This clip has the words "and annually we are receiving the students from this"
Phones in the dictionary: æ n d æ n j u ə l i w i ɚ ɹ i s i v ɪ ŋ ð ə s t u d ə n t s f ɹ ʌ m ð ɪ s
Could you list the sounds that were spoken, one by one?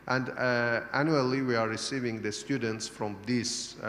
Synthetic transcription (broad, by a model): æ n d æ n j u ə l i w i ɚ ɹ i s i v ɪ ŋ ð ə s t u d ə n t s f ɹ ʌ m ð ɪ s